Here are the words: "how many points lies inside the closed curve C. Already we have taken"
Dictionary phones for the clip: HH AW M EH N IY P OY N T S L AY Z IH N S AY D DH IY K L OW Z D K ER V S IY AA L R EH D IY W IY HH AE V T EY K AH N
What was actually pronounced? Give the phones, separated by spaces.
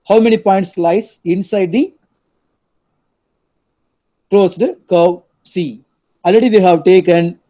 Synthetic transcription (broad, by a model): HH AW M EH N IY P OY N T S L AY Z IH N S AY D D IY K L OW S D K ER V S IY AA L R EH D IY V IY HH AE V T EY K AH N